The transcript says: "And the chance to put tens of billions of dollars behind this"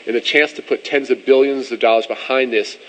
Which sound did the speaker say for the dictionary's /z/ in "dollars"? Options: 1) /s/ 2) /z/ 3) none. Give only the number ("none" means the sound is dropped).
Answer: 2